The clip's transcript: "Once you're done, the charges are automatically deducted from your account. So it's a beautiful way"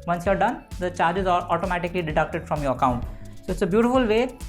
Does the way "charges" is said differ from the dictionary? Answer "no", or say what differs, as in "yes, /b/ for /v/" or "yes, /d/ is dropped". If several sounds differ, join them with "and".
no